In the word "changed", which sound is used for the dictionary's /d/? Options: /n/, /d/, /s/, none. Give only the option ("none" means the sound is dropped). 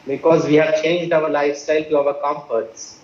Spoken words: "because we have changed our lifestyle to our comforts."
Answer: /d/